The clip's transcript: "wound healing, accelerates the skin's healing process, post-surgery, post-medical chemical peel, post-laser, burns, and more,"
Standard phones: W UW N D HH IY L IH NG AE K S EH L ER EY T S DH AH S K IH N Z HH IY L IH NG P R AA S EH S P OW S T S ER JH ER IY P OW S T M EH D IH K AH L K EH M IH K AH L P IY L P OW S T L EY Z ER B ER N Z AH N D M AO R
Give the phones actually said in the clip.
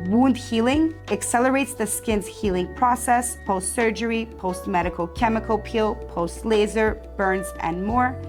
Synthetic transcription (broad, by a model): W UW N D HH IY L IH NG AE K S EH L ER EY T S DH AH S K IH N Z HH IY L IH NG P R AA S EH S P OW S T S ER JH ER IY P OW S T M EH D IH K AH L K EH M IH K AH L P IY L P OW S T L EY Z ER B ER N Z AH N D M AO R